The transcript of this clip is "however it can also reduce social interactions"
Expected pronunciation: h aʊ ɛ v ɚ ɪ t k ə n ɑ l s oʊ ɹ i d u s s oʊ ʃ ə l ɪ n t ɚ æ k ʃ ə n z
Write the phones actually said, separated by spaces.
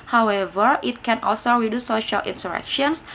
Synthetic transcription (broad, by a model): h aʊ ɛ v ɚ ɪ t k ə n ɑ l s oʊ ɹ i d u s s oʊ ʃ ə l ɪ n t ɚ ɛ k ʃ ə n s